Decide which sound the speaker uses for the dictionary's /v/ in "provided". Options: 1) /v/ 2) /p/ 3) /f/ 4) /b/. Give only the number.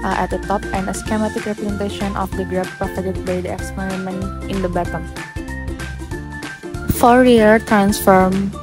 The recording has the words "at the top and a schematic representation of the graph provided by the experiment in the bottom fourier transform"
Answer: 3